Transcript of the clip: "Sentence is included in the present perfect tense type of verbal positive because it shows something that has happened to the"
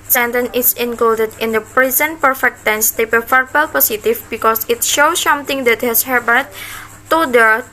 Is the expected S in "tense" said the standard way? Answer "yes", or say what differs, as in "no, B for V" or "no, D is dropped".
yes